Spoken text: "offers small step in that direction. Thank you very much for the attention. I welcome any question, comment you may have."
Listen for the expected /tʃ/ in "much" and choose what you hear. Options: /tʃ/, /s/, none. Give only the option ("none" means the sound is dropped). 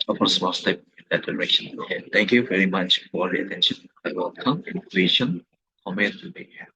/tʃ/